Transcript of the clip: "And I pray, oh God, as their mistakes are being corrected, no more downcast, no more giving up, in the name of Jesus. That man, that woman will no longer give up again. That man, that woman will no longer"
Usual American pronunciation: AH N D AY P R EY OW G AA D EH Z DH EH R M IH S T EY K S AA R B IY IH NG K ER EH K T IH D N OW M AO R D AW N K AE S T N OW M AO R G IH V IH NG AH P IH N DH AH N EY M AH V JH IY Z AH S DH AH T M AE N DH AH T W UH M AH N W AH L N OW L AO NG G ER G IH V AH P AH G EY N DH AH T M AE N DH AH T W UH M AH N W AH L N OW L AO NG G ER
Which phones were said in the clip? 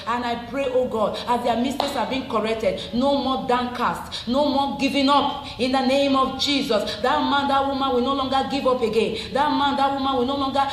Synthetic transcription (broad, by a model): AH N AY P R EY OW G AA D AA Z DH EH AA M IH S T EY S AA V B IY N K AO EH K T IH D N OW M AO D AW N K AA S T N OW M AO G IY V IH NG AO P IH N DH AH N EY M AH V JH IY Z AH S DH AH T M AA N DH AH T W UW M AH N W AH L N OW L AO NG G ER G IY V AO P AH G EY N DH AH T M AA N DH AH T W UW M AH N W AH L N OW L AO NG G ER